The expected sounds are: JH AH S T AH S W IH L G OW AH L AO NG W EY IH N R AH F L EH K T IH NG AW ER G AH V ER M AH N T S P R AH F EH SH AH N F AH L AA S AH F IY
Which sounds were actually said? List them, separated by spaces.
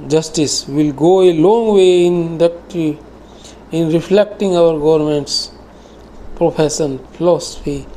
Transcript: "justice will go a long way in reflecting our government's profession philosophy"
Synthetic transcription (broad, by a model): JH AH S T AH S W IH L G OW AH L AO NG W EY IH N R AH F L EH K T IH NG AW ER G AH V ER M AH N T S P R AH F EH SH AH N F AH L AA S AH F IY